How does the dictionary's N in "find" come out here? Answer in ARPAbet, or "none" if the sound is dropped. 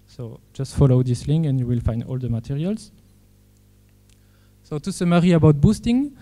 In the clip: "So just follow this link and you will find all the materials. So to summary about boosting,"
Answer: N